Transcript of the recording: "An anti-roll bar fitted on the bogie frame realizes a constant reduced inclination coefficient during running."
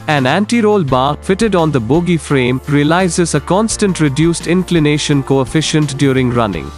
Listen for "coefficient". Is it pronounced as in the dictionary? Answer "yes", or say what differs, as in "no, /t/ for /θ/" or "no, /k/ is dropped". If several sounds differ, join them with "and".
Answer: yes